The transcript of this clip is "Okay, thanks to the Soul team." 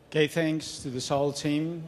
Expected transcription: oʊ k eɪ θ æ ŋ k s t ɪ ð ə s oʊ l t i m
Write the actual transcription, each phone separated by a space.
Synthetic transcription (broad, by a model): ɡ eɪ θ æ ŋ k s t ɪ ð ə s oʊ l t i m